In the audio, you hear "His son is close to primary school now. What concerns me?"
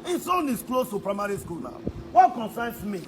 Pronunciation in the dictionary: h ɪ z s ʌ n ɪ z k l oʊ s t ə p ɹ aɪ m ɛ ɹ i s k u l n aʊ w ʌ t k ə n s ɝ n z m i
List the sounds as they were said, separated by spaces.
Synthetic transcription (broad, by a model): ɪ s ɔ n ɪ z k l oʊ s t ə p ɹ aɪ m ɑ ɹ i s k u l n aʊ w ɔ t k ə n s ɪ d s m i